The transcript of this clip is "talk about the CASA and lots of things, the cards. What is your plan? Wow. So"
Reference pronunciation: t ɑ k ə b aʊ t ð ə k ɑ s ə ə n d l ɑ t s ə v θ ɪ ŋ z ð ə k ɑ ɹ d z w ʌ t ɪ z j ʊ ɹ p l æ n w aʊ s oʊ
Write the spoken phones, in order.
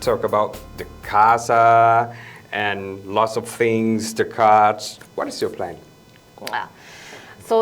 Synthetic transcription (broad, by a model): t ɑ k ə b aʊ t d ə k ɑ s ə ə n l ɑ t s ə v θ ɪ ŋ z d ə k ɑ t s w ʌ t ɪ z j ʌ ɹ p l æ n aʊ s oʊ